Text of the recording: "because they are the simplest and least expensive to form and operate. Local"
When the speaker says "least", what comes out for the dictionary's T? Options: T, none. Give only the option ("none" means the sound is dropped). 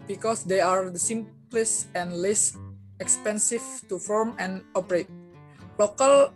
none